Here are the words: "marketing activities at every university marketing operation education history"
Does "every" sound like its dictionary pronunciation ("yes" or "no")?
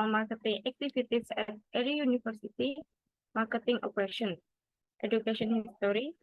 no